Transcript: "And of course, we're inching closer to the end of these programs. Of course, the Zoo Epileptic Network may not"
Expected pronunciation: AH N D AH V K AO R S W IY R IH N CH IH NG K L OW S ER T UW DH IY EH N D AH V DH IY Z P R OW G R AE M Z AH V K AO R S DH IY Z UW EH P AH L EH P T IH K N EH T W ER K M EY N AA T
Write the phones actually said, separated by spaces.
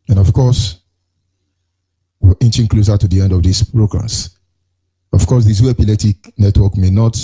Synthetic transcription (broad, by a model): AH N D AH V K AO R S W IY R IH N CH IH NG K L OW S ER T UW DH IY EH N D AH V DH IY S P R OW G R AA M S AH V K AO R S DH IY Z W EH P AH L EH T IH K N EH T W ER K M EY N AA T